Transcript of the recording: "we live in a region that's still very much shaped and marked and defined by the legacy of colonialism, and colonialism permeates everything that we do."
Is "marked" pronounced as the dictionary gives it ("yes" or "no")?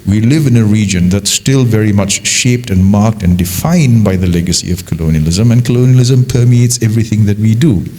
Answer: yes